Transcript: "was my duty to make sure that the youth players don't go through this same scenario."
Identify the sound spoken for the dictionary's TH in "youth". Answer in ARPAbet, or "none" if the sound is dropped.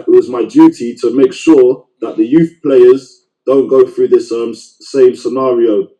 TH